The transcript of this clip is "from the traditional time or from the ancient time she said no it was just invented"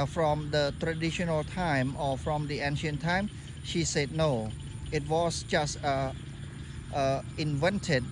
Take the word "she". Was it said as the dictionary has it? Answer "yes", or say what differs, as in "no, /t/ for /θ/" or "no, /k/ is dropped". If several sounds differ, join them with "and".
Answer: yes